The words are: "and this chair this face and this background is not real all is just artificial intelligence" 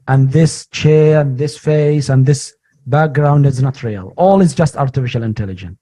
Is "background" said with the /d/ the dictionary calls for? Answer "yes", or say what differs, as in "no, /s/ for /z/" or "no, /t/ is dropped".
yes